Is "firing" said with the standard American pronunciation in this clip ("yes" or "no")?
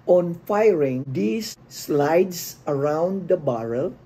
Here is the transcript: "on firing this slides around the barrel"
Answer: yes